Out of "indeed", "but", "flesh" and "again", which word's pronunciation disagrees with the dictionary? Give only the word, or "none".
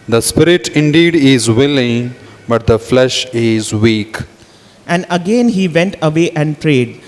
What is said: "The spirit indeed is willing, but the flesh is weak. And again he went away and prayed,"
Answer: none